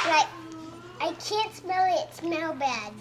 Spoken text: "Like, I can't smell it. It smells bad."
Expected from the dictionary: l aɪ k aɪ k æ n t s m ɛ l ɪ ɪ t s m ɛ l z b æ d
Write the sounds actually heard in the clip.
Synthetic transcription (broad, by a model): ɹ aɪ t aɪ k æ n t s m ɛ l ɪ ɪ t s m ɛ l b æ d